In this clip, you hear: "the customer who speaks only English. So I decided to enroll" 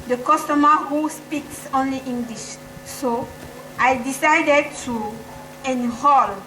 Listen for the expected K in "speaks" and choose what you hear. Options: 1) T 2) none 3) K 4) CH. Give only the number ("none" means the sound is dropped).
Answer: 3